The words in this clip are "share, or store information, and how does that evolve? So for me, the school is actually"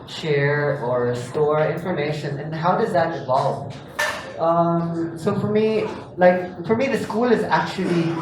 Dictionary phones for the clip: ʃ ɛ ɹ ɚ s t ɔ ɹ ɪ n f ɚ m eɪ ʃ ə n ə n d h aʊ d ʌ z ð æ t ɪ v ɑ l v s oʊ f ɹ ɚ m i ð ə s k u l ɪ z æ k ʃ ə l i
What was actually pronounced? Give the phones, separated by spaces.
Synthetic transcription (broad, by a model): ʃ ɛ ɹ ɚ s t ɔ ɹ ɪ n f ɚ m eɪ ʃ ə n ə n h aʊ d ʌ z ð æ t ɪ v ɑ l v s oʊ f ɹ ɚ m i ð ə s k u l ɪ z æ k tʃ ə l i